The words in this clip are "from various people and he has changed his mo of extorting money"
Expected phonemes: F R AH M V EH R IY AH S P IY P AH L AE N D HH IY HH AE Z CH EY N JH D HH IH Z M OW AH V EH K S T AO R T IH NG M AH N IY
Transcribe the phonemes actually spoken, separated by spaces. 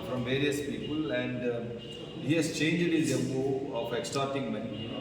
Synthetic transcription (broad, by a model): F R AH M V EH R IY AH S P IY P AH L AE N D HH IY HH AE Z CH EY N JH D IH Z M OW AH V EH K S T AO R T IH NG M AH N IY